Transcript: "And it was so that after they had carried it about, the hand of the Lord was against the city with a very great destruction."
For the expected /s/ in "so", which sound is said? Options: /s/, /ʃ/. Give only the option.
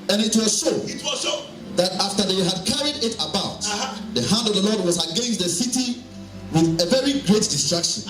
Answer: /ʃ/